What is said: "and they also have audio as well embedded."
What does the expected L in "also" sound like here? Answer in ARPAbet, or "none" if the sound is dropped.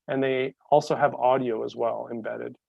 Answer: L